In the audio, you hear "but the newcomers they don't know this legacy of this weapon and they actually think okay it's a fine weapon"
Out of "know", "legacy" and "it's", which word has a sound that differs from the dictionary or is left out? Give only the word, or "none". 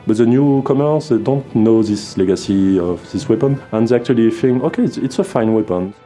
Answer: none